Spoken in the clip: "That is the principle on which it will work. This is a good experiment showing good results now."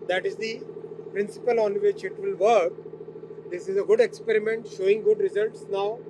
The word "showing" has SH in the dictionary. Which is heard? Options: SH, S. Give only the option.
SH